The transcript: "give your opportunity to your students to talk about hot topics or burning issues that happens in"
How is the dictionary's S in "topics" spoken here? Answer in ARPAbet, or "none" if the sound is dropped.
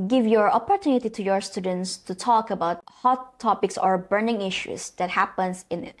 S